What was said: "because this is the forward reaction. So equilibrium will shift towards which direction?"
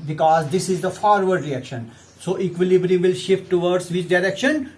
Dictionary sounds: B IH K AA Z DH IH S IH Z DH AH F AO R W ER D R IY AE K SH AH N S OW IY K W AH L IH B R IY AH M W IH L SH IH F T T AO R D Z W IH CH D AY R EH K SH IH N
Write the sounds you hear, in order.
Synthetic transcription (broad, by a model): B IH K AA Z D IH S IH Z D AH F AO R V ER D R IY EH K SH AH N S OW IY K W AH L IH B R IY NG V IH L SH IH F T T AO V D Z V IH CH D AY R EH K SH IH N